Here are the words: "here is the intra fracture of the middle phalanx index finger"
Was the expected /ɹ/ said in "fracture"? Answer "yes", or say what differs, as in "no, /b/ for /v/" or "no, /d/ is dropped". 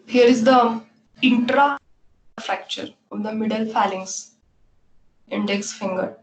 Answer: yes